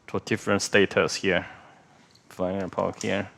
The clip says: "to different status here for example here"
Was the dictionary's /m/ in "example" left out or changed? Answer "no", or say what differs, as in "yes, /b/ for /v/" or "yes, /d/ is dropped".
yes, /m/ is dropped